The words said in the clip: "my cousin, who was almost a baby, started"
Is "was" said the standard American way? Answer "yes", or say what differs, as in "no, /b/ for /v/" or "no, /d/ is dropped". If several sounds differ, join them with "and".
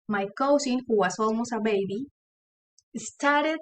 no, /s/ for /z/